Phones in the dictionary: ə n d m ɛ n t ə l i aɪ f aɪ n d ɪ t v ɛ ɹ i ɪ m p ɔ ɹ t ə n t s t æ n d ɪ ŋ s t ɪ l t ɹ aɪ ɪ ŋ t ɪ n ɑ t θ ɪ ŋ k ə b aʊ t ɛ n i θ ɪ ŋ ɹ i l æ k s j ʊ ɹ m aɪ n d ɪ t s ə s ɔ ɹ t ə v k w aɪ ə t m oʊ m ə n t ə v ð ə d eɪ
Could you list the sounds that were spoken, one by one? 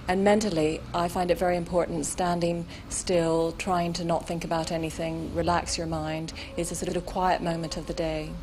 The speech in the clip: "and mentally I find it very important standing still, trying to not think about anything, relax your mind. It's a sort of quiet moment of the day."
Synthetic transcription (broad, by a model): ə n m ɛ n t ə l i aɪ f aɪ n d ɪ t v ɛ ɹ i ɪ m p ɔ ɹ t n t s t æ n d ɪ ŋ s t ɪ l t ɹ aɪ ɪ ŋ t ɪ n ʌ t θ ɪ ŋ k ə b aʊ t ɛ n i θ ɪ ŋ ɹ i l æ k s j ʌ ɹ m aɪ n d ɪ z s ə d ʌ ɹ t ə v k w aɪ ə t m oʊ m ə n t ə v ð ə d eɪ